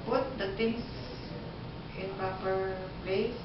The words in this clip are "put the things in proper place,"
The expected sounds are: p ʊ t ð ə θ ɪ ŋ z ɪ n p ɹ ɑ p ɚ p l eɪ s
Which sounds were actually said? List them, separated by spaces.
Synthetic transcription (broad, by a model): p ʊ t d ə t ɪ ŋ s ɪ n p ɹ ɑ p ɚ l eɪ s